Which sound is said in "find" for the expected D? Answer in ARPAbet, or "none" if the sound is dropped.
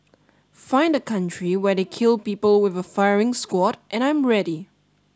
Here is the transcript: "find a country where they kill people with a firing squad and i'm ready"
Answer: D